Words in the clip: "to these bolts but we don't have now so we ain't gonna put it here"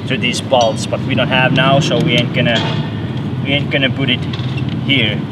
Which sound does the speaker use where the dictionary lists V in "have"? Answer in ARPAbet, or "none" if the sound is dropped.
V